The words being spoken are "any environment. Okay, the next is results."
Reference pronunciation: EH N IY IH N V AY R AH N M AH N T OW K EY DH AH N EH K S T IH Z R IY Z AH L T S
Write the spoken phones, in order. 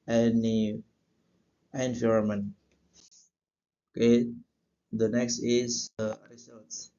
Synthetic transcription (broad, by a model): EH N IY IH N F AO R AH M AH N OW K EY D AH N EH K S T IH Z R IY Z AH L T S